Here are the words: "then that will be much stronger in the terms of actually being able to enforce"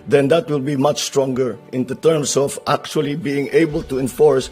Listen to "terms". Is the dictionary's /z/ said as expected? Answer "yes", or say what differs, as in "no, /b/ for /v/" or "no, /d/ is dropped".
no, /s/ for /z/